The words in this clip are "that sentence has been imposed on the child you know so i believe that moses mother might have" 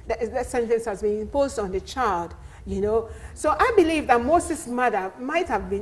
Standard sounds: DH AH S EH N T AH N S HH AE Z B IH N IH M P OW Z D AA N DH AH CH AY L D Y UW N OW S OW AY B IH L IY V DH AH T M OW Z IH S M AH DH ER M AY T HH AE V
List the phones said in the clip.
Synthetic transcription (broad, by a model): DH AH S EH N T AH N S HH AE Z B IH N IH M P OW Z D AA N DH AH CH AY L D Y UW N OW S OW AY B IH L IY V DH AH T M OW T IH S M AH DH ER M AY T HH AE V